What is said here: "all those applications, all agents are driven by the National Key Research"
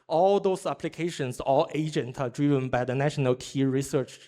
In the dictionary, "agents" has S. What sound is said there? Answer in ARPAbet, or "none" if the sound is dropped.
none